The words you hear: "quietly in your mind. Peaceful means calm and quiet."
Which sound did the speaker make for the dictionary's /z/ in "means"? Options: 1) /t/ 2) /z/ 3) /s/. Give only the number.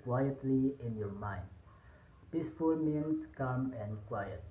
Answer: 3